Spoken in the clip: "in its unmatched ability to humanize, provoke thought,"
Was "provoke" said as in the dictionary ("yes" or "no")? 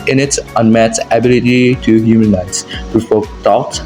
no